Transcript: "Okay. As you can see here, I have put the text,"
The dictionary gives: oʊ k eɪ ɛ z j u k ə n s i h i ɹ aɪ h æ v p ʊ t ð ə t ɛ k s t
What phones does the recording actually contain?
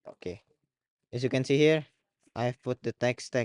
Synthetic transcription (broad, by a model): oʊ k eɪ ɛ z j u k ə n s i h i ɹ aɪ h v p ʊ t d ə t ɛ k s t